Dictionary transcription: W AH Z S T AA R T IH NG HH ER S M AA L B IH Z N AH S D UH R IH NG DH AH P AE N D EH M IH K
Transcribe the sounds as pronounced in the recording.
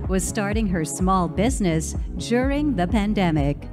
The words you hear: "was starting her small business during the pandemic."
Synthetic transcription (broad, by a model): W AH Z S T AA R T IH NG HH ER S M AA L B IH Z N AH S D UH R IH NG DH AH P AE N D EH M IH K